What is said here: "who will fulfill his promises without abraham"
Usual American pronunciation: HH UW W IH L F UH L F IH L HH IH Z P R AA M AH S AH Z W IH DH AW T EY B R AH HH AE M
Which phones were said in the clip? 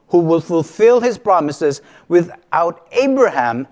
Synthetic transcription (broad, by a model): HH UW W IH L F UH L F IH L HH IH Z P R AA M AH S AH Z W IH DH AW T EY B R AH HH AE M